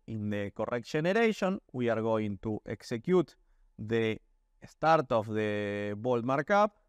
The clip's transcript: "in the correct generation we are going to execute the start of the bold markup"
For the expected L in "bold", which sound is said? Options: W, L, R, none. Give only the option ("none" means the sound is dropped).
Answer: L